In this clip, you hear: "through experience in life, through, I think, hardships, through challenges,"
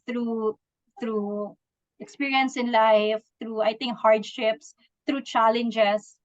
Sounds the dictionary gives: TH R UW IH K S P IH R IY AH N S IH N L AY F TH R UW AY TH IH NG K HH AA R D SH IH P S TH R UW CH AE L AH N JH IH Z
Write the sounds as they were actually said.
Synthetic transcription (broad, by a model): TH R UW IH K S P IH R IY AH N S IH N L AY F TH R UW AY T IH NG K HH AA R D SH IH P S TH R UW CH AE L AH N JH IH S